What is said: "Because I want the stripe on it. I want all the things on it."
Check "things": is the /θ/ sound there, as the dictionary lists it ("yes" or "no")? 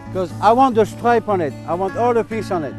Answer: no